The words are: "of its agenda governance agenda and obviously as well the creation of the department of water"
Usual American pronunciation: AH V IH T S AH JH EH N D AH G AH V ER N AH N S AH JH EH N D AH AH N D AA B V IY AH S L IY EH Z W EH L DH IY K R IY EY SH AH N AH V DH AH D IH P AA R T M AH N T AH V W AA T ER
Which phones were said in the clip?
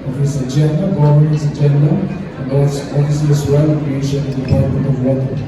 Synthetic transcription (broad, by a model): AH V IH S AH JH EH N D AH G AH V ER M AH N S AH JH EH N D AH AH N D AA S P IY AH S IY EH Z W EH L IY K R IY EY SH AH N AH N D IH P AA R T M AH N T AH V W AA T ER